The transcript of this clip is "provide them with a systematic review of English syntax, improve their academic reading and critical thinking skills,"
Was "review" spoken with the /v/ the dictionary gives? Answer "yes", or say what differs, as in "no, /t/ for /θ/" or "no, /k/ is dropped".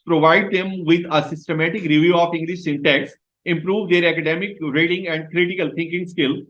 yes